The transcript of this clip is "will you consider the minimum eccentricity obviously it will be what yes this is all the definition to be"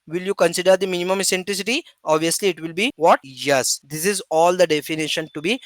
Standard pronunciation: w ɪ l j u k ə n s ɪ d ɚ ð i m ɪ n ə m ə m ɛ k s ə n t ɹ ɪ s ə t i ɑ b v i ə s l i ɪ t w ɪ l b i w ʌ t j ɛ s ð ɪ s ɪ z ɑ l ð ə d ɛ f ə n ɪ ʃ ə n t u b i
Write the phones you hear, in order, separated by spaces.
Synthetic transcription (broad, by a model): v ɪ l j u k ə n s ɪ d ɚ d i m ɪ n ə m ə m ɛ s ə n t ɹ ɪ s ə t i ɑ b v i ə s l i ɪ t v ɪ l b i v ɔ t j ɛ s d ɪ s ɪ z ɑ l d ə d ɛ f ə n ɪ ʃ ə n t u b i